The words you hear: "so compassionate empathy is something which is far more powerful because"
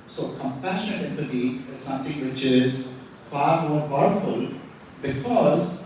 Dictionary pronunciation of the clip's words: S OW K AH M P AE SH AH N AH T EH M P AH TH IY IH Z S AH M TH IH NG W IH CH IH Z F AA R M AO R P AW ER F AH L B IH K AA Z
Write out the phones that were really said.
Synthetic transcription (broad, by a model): S OW K AH M P AE SH AH N AH T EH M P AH T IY IH Z S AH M T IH NG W IH CH IH Z F AA R M AO R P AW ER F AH L B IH K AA Z